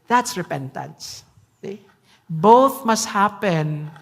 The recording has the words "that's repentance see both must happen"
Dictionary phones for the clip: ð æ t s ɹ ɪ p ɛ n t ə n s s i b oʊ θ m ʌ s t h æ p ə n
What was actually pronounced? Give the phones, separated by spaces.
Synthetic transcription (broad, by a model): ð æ t s ɹ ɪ p ɛ n t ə n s s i b oʊ θ m ʌ s t h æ p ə n